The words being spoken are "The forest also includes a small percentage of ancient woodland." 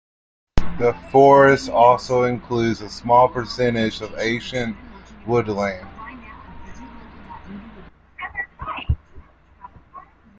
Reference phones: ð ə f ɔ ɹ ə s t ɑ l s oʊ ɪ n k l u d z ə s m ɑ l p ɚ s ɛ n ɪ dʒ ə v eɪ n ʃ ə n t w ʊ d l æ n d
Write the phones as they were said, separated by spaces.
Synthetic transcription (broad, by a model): ð ə f ɔ ɹ ə s t ɑ l s oʊ ɪ n k l u d z ə s m ɑ l p ɚ s ɛ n ɪ dʒ ə v eɪ ʃ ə n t w ʊ d l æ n